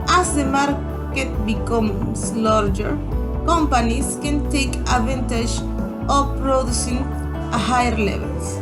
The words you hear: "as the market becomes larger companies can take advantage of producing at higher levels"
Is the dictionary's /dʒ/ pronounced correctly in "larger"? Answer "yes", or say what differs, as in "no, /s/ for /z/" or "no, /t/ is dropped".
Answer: yes